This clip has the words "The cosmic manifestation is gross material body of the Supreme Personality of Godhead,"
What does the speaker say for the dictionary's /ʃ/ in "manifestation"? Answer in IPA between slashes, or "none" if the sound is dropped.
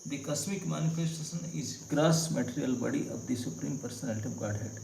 /s/